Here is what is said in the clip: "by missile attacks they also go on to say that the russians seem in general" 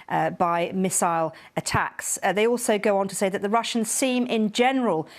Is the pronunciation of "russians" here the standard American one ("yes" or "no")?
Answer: yes